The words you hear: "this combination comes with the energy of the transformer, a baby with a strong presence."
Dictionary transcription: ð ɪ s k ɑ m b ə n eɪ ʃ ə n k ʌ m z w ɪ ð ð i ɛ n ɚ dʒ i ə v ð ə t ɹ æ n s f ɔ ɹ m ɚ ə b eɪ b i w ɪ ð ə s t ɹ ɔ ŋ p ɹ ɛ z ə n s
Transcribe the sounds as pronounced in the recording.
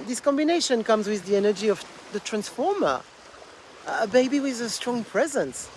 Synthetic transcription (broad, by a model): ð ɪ s k ɑ m b ə n eɪ ʃ ə n k ʌ m z w ɪ ð ð i ɛ n ɚ dʒ i ə v ð ə t ɹ æ n s f ɔ ɹ m ɚ ə b eɪ b i w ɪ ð ə s t ɹ ɔ ŋ p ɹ ɛ z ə n s